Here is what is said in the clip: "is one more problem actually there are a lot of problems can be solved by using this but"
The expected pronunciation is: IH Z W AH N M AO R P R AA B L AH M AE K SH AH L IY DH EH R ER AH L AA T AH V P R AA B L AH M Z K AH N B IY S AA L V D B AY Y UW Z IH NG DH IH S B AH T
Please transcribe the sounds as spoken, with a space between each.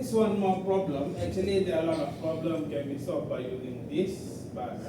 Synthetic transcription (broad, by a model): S W AH N M AO P R AA B L AH M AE K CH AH L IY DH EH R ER AH L AA T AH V P R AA B L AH M K AH N B IY S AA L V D B AY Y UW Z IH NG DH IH S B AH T